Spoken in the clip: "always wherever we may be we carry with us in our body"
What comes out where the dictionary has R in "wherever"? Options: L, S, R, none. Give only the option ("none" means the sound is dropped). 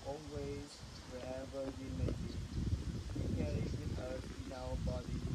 none